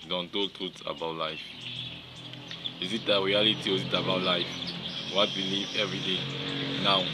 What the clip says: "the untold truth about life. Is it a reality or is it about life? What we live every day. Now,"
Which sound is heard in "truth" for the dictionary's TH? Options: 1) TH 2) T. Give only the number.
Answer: 2